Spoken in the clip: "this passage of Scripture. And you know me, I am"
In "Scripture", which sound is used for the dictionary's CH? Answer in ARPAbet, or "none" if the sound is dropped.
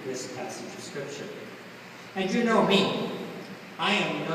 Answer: SH